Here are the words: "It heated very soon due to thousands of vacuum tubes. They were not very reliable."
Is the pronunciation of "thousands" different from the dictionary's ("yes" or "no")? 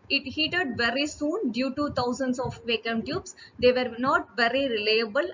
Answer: yes